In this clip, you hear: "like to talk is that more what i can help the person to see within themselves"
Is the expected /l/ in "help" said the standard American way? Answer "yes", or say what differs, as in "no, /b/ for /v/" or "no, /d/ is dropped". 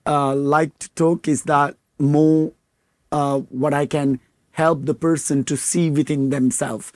yes